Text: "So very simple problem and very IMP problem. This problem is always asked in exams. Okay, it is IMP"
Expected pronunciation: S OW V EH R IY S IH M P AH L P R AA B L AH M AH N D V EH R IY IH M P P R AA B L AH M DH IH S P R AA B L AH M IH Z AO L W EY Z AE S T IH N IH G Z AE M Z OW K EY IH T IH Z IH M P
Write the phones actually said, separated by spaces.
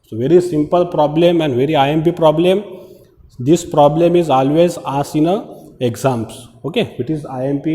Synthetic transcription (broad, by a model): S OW V EH R IY S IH M P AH L P R AA B L AH M AH N D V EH R IY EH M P P R AA B L AH M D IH S P R AA B L AH M IH Z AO L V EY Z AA S IH N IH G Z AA M S OW K EY IH T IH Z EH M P